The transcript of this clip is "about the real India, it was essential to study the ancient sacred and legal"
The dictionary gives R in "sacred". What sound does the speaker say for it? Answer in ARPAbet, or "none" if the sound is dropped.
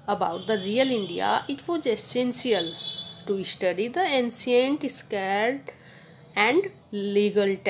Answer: none